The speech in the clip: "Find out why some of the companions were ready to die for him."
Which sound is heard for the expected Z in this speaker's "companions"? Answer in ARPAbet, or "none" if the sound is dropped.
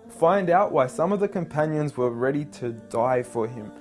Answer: Z